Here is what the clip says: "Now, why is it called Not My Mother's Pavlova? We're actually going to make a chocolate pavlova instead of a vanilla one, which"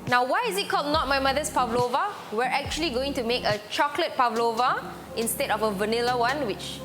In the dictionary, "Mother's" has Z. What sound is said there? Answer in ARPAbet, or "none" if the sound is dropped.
S